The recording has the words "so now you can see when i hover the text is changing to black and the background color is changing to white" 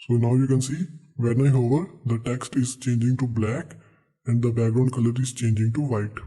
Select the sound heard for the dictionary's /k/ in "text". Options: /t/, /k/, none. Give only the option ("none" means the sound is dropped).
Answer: /k/